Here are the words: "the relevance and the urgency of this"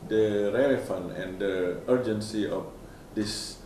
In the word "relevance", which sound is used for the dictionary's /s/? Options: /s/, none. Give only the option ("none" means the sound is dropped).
none